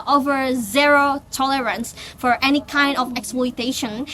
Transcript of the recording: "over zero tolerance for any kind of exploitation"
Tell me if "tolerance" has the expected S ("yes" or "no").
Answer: yes